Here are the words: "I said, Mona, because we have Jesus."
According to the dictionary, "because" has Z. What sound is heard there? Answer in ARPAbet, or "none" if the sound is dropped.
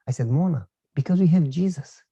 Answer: Z